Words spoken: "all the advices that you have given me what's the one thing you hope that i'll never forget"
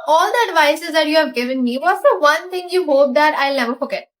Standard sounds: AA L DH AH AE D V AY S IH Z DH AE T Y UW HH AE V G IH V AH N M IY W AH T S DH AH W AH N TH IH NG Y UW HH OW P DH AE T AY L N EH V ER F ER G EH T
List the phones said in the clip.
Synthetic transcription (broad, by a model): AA L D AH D V AY S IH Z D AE T Y UW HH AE V G IH V AH N M IY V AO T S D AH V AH N T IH NG Y UW HH OW P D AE T AY L N EH V ER F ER G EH T